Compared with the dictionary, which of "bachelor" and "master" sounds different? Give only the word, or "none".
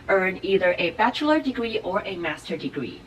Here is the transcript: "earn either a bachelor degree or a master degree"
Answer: none